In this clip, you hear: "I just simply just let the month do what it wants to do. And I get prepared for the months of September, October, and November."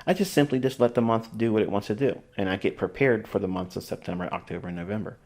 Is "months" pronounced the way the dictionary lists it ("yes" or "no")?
yes